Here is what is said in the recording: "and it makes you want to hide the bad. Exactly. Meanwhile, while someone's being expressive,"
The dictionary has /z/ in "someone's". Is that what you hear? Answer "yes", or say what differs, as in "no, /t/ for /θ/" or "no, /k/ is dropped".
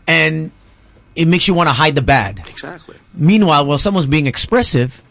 yes